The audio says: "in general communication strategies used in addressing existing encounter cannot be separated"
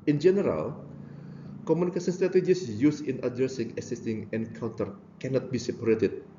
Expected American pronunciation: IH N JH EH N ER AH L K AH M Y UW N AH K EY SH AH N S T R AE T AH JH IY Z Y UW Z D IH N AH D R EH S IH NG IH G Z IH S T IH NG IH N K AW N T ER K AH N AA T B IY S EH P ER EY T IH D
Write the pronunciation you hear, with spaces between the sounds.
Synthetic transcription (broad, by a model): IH N JH EH N ER AH L K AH M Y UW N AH K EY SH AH N S T R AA T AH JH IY S Y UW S IH N AH D R EH S IH NG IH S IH S T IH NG IH N K AW N T ER K AH N AA T B IY S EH P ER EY T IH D